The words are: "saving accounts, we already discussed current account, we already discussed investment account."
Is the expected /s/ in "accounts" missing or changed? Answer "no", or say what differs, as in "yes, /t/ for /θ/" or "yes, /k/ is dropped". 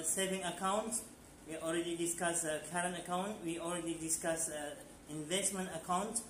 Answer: yes, /s/ is dropped